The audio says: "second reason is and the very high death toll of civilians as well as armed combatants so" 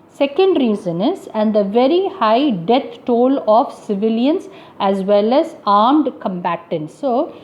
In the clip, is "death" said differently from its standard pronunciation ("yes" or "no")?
yes